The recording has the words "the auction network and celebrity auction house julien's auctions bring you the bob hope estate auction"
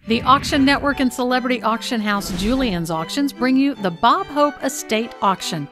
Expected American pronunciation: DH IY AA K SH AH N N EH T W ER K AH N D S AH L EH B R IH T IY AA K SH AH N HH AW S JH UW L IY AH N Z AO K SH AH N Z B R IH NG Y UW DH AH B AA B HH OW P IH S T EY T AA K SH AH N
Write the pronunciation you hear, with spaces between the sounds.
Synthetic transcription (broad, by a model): DH IY AA K SH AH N N EH T W ER K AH N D S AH L EH B R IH T IY AA K SH AH N HH AW S JH UW L IY AH N Z AO K SH AH N Z B R IH NG Y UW DH AH B AA B HH OW P IH S T EY T AA K SH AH N